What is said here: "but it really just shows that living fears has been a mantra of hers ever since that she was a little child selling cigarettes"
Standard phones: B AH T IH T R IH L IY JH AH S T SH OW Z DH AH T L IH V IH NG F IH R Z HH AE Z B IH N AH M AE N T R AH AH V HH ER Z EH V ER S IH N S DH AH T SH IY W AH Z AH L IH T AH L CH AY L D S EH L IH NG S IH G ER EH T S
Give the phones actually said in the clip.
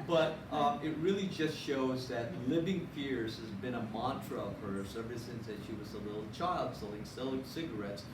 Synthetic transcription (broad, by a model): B AH T IH T R IH L IY JH AH S T SH OW Z DH AH T L IH V IH NG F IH R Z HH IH Z B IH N AH M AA N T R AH AH V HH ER S EH V ER S IH N S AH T SH IY W AH Z AH L IH T L CH AY L D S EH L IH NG S IH G ER EH T S